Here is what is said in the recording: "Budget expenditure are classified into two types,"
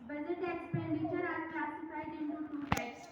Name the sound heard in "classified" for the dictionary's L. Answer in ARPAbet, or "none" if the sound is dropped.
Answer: none